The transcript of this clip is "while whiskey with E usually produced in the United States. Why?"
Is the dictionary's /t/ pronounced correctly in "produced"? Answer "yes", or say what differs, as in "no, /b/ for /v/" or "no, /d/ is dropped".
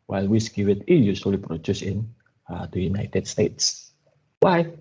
no, /t/ is dropped